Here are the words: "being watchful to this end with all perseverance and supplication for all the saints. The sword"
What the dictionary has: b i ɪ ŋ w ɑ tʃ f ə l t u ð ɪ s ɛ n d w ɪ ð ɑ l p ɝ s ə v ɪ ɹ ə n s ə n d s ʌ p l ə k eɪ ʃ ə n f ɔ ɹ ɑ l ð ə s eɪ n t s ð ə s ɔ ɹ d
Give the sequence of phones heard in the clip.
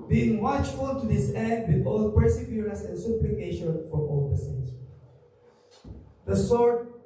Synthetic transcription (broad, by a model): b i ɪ ŋ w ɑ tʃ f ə l t u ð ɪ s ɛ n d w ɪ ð ɑ l p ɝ s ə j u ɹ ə s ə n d s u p l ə k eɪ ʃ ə n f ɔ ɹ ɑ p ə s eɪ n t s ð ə s ɔ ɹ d